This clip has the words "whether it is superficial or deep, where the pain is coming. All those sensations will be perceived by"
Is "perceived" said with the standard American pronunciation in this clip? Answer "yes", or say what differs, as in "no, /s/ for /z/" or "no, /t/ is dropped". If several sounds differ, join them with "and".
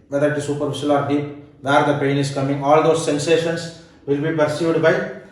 no, /v/ is dropped